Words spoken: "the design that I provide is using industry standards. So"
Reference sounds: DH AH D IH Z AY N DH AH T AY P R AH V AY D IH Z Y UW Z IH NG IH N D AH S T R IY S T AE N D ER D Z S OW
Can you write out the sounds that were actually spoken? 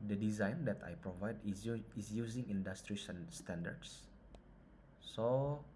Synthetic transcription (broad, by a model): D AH D IH Z AY N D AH T AY P R AH V AY D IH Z Y UW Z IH NG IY N D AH S T R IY S T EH N D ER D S S OW